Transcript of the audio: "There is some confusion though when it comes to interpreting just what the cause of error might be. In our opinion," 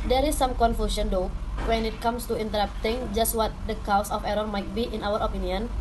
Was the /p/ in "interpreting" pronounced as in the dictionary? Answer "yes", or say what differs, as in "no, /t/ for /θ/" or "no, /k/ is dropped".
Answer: no, /p/ is dropped